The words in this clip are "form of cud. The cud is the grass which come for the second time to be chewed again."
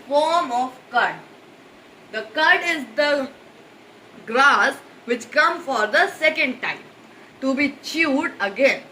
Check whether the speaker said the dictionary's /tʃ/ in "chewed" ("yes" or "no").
yes